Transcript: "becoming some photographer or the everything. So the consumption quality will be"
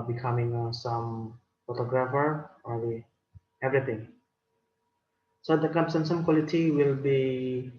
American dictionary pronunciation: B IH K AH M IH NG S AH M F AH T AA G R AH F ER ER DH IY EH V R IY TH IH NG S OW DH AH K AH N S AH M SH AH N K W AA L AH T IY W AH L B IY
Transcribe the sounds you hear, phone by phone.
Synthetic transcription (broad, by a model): B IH K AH M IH NG S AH M F AH T AA G R AH F ER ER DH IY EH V R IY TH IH NG S OW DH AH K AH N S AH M S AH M K W AA L AH T IY W AH L B IY